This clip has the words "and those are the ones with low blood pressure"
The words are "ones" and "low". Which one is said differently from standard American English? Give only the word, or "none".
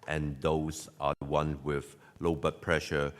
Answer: ones